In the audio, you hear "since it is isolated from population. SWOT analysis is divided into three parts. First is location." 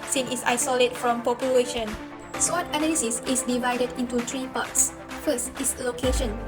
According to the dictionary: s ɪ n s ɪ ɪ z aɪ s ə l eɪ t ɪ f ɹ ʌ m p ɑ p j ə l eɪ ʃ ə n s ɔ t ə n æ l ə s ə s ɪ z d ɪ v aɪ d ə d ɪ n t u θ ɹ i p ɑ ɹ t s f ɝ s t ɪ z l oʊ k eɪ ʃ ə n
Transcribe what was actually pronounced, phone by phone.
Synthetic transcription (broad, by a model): s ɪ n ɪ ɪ s aɪ s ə l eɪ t f ɹ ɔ m p ɑ p j ə l eɪ ʃ ə n s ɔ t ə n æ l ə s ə s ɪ s d ɪ v aɪ d ə d ɪ n t u t ɹ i p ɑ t s f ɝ s t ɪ s l oʊ k eɪ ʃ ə n